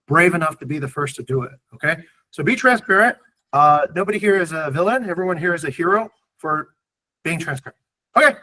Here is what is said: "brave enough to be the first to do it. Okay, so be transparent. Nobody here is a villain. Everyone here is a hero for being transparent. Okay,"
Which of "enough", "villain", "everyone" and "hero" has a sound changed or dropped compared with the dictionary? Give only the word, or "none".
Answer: none